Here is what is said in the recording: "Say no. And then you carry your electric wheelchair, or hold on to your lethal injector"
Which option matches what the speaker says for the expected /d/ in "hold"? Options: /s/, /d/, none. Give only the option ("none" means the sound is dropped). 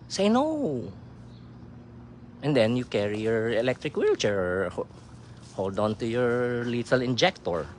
/d/